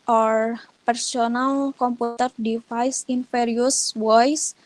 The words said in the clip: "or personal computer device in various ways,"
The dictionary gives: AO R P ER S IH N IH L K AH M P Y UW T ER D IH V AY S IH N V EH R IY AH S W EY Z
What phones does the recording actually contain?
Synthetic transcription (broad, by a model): AO R P ER S IH N IH L K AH M P UW T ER D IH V AY S IH N F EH R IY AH S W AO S